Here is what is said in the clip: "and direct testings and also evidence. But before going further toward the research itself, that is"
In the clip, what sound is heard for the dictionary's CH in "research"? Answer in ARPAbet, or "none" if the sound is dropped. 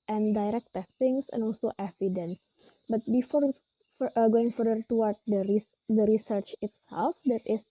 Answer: CH